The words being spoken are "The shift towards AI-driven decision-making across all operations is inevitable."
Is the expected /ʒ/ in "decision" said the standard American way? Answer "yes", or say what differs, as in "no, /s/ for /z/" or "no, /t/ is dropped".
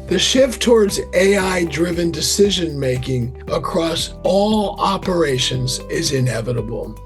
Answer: yes